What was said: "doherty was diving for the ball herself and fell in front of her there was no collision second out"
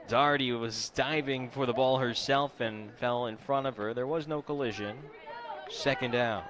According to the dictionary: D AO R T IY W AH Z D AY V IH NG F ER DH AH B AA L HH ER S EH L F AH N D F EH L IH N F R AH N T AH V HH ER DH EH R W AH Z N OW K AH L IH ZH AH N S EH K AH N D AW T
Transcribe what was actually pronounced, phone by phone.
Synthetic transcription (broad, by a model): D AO R T IY W AH Z D AY V IH NG F ER DH AH B AA L HH ER S EH L F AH N F EH L IH N F R AH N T AH V ER DH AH R W AH Z N OW K AH L IH ZH AH N S EH K AH N D AW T